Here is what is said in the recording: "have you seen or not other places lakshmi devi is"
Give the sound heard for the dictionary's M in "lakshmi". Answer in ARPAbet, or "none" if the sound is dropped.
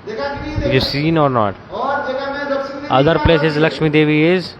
M